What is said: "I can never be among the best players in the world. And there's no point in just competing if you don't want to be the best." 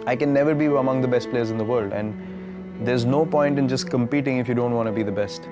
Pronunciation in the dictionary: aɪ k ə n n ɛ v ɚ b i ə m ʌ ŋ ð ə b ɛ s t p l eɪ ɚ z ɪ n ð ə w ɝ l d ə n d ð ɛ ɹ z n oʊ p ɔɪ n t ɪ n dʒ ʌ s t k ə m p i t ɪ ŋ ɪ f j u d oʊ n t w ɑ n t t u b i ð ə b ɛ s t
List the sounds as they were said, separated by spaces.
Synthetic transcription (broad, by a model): aɪ k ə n n ɛ v ɚ b i ə m ʌ ŋ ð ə b ɛ s t p l eɪ ɚ z ɪ n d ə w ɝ l d ə n d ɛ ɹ z n oʊ p ɔɪ n t ɪ n dʒ ʌ s k ə m p i t ɪ ŋ ɪ f j u d oʊ n t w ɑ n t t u b i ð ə b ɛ s t